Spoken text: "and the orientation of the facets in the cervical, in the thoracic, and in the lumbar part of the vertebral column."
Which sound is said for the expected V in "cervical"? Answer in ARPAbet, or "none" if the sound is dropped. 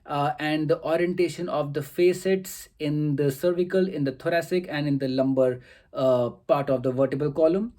V